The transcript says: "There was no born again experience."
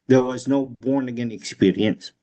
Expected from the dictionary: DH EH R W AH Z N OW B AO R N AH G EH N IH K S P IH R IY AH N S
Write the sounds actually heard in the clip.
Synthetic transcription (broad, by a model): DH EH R W AH Z N OW B AO R N AH G EH N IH K S P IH R IY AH N S